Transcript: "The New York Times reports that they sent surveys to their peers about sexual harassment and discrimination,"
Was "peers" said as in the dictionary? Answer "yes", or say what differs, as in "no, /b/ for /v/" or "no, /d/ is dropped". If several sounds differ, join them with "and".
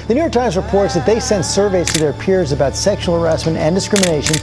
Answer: yes